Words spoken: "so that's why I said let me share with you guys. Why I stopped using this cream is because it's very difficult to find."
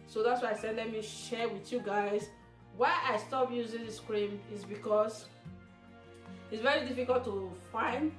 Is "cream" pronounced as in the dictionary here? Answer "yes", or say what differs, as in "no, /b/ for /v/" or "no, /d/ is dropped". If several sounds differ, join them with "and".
yes